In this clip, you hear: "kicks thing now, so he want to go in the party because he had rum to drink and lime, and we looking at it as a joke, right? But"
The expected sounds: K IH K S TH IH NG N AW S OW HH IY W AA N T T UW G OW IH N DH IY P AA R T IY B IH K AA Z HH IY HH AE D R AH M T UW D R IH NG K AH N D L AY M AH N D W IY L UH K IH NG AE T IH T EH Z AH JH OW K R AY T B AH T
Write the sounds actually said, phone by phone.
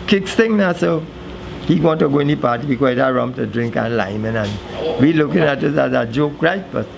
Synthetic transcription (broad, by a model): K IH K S T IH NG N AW S OW HH IY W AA N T T UW G OW IH N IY P AA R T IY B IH K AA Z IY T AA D R AH M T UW D R IH NG K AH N L AY M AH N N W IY L UH K IH NG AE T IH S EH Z AH JH OW K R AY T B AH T